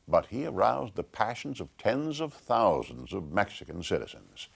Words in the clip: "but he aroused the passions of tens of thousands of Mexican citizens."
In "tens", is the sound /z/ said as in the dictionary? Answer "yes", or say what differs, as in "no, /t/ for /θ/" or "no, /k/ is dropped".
yes